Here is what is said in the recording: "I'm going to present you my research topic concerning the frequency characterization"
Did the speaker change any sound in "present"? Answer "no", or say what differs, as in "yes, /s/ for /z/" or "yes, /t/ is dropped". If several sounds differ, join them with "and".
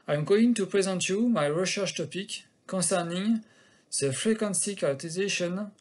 no